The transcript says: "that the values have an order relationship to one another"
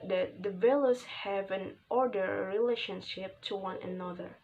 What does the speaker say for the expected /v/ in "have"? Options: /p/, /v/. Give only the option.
/v/